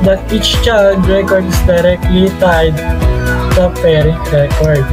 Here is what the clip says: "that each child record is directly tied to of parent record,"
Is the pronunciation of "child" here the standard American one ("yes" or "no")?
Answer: no